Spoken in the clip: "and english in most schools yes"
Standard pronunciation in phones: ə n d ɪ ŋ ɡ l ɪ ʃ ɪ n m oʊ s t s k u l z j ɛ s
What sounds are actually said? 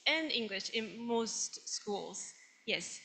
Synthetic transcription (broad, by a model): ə n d ɪ ŋ ɡ l ɪ ʃ ɪ n m oʊ s t s k u l z j ɛ s